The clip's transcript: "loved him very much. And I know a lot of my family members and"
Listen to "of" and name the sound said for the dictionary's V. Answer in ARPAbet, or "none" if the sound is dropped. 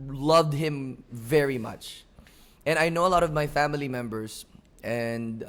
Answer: V